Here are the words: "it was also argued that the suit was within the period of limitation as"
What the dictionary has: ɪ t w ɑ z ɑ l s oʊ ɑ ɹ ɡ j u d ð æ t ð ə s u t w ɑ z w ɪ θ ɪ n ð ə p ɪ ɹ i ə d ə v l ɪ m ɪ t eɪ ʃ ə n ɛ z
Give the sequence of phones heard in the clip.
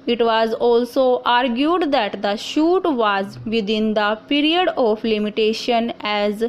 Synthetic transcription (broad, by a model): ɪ t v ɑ z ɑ l s oʊ ɑ ɹ ɡ j u d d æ t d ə ʃ u t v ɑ z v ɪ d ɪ n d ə p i ɹ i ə d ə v l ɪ m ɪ t eɪ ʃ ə n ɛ z